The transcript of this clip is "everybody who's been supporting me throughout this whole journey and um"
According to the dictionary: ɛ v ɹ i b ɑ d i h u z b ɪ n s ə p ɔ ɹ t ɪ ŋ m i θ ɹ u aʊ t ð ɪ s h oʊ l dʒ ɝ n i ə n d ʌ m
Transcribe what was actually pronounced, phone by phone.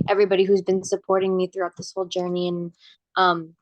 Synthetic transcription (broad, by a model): ɛ v ɹ i b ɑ d i h u z b ɪ n s ə p ɔ ɹ t ɪ ŋ m i θ ɹ u aʊ t ð ɪ s h oʊ l dʒ ɝ n i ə n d ʌ m